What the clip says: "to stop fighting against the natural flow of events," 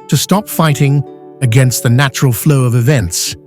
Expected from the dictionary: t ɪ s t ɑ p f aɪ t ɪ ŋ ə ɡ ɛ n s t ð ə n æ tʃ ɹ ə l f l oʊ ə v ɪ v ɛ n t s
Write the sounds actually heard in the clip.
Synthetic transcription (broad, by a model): t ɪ s t ɑ p f aɪ t ɪ ŋ ə ɡ ɛ n s t ð ə n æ tʃ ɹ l f l oʊ ə v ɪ v ɛ n t s